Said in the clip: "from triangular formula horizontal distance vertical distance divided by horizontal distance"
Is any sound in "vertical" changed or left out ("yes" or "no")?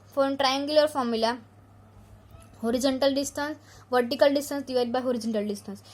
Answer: no